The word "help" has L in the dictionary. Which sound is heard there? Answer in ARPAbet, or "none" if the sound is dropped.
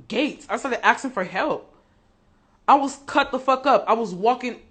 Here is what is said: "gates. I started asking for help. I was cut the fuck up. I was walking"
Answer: L